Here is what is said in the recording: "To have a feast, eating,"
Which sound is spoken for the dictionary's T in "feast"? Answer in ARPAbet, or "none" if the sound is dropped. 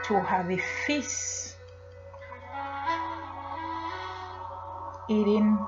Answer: none